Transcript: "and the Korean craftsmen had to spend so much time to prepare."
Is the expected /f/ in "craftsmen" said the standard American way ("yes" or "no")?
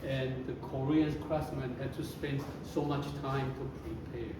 no